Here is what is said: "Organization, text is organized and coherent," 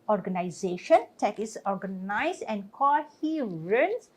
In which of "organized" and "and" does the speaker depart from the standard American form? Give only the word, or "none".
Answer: organized